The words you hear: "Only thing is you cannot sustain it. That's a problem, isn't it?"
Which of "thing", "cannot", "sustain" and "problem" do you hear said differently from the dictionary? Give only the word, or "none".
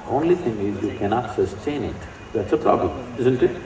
thing